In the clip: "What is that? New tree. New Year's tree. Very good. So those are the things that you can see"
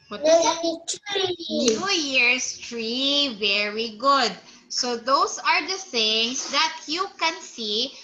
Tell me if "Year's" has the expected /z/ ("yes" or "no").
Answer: no